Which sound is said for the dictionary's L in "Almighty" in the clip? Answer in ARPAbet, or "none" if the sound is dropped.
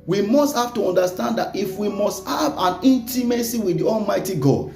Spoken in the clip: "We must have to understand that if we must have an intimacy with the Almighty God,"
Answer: L